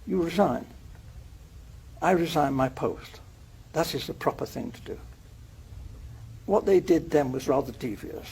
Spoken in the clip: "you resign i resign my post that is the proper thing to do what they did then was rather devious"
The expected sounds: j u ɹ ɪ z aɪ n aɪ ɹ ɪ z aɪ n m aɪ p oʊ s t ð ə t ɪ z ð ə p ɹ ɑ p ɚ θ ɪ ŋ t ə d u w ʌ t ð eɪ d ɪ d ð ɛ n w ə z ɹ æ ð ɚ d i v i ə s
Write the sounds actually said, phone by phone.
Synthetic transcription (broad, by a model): j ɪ ɹ ɪ z aɪ n aɪ ɹ ɪ z aɪ n m aɪ p oʊ s t ð ə t ɪ z ð ə p ɹ ɑ p ɚ θ ɪ ŋ t ə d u w ʌ t ð eɪ d ɪ d ð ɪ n w ə z ɹ æ ð ɚ d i v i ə s